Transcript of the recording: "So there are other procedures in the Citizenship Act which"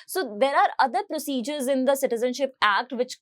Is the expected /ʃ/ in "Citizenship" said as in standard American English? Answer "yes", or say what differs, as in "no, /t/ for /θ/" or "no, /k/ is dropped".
yes